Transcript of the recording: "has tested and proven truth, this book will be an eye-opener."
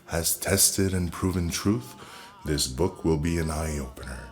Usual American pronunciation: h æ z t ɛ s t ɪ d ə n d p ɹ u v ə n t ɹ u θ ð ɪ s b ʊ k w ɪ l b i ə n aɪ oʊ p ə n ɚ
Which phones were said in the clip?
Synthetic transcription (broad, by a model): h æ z t ɛ s t ɪ d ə n p ɹ u v ə n t ɹ u θ ð ɪ s b ʊ k w ɪ l b i ə n aɪ oʊ p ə n ɚ